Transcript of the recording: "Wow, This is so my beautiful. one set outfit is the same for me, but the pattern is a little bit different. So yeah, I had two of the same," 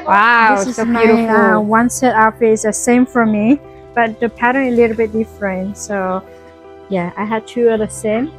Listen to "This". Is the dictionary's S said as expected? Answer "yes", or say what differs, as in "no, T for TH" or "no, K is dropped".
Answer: no, S is dropped